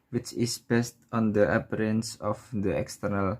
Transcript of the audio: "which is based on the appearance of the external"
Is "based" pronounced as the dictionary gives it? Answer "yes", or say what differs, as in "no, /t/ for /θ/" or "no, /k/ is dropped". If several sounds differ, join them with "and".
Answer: yes